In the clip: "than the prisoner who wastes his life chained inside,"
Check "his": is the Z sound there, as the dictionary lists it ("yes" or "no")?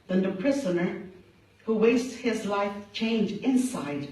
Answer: yes